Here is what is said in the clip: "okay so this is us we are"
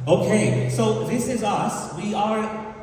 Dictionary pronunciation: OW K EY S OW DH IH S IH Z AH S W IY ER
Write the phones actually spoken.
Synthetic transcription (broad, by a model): OW K EY S OW DH IH S IH Z AH S W IY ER